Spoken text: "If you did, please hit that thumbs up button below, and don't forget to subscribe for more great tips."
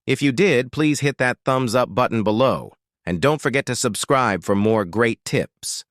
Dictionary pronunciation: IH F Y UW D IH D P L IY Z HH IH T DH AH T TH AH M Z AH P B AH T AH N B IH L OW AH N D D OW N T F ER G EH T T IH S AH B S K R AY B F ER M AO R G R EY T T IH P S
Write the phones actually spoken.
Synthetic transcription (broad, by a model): IH F Y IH D IH D P L IY Z HH IH T DH AH T TH AH M Z AH P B AH T N B IH L OW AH N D D OW N T F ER G EH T T IH S AH B S K R AY B F ER M AO R G R EY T T IH P S